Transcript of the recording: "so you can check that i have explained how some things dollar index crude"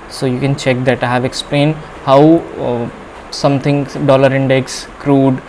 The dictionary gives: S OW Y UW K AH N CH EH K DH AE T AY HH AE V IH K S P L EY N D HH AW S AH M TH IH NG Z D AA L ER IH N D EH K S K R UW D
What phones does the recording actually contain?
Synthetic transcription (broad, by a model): S OW Y UW K AH N CH EH K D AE T AY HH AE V IH K S P L EY N D HH AW S AH M T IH NG D AA L ER IH N D EH K S K R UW D